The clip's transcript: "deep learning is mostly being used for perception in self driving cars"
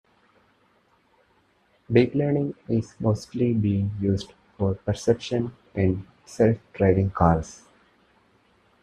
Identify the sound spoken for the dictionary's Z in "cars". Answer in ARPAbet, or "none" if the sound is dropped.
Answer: S